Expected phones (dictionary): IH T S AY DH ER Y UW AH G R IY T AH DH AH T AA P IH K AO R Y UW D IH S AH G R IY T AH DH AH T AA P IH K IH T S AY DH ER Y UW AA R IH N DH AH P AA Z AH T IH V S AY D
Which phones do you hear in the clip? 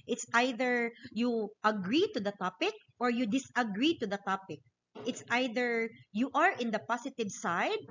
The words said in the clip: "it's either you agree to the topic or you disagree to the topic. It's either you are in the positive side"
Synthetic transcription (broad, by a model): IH T S AY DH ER Y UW AH G R IY T AH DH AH T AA P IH K AO R Y UW D IH S AH G R IY T AH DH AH T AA P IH K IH T S AY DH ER Y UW AA R IH N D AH P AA S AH T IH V S AY D